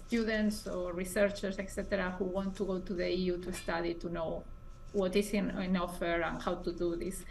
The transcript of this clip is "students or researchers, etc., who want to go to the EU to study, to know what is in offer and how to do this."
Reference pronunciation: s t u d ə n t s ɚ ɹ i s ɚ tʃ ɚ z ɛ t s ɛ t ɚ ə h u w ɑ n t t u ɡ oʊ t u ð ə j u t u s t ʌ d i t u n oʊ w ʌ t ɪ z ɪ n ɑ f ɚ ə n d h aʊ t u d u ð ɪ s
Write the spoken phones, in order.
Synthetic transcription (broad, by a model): s t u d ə n t s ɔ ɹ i s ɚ tʃ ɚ s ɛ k s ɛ t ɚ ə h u w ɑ n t t u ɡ oʊ t u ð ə j u t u s t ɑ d i t u n oʊ w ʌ t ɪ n ɪ n ɑ f ɚ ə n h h aʊ t u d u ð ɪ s